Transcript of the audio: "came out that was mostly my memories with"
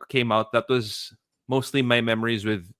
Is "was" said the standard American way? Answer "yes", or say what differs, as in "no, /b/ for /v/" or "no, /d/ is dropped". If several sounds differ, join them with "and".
yes